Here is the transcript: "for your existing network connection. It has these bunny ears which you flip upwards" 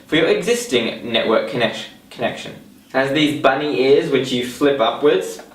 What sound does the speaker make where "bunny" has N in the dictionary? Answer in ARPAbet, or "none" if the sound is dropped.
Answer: N